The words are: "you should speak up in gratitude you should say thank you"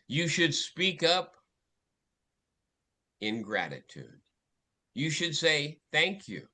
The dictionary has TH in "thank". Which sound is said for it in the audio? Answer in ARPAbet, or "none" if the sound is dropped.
TH